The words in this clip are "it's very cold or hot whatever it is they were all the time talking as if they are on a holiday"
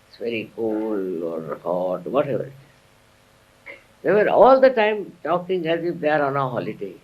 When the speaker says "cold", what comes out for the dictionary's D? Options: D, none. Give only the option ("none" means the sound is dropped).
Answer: none